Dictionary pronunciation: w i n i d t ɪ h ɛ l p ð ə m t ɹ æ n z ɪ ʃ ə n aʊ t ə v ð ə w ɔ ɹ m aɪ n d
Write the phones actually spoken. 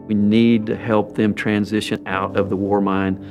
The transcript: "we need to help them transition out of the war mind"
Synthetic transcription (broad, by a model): w i n i d t ɪ h ɛ l p ð ə m t ɹ æ n z ɪ ʃ ə n aʊ t ə v ð ə w ɔ ɹ m aɪ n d